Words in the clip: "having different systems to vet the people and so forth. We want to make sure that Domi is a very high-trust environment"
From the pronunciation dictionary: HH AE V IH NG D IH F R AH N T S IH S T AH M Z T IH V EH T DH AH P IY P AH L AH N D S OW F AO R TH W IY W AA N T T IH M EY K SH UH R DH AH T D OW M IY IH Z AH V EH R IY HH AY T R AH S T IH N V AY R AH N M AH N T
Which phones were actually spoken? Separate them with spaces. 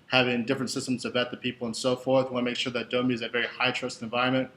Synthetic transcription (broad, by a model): HH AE V IH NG D IH F R AH N T S IH S T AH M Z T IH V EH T DH AH P IY P L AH N S OW F AO R TH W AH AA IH M EY K SH UH R DH AH T D OW M IY IH Z AH V EH R IY HH AY T R AH S T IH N V AY R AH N M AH N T